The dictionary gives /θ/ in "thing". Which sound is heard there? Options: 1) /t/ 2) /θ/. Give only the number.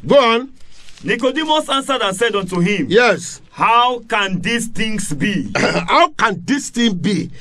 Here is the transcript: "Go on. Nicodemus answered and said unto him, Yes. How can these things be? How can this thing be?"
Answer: 1